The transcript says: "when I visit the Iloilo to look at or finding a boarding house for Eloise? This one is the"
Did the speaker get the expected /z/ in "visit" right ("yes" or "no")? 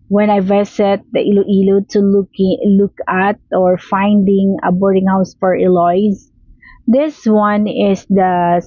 no